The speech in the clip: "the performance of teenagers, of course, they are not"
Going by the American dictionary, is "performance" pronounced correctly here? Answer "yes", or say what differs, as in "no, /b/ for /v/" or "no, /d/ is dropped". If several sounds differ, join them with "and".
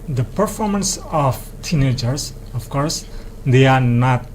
yes